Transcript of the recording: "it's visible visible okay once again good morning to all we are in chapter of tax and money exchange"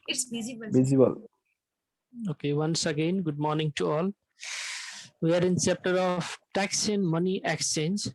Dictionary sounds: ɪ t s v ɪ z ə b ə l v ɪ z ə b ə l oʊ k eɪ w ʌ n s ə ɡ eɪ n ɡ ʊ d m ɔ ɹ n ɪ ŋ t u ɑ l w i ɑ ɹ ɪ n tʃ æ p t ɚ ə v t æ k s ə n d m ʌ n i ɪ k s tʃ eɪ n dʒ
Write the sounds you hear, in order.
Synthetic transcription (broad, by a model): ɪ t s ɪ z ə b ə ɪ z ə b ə l oʊ k eɪ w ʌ n s ə ɡ eɪ n ɡ ʊ d m ɔ ɹ n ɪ ŋ t u ɑ l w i ɑ ɹ ɪ n s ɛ p t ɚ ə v t æ k s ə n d m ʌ n i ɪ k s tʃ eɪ n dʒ